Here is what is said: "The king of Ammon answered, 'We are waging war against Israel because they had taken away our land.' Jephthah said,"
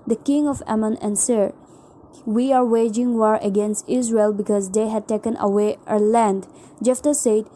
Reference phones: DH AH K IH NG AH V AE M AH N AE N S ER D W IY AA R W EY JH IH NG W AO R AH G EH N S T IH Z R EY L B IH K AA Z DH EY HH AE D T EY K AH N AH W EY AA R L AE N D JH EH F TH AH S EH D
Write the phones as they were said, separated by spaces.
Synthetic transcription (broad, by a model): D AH K IH NG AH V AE M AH N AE N S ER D W IY AA R W EY JH IH NG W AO R AH G EH N S T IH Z R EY L B IH K AA Z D EY HH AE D T EY K AH N AH W EY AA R L AE N D JH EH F T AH S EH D